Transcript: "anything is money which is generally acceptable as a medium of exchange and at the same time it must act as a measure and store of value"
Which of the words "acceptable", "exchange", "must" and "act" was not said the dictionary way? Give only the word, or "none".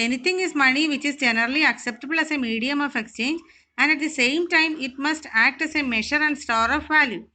none